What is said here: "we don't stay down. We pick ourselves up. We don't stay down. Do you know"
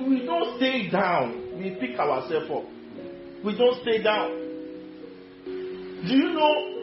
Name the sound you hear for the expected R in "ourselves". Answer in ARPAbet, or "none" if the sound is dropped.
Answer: W